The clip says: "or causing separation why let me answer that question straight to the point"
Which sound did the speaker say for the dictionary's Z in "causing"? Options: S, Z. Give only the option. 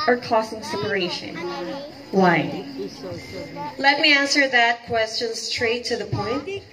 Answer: S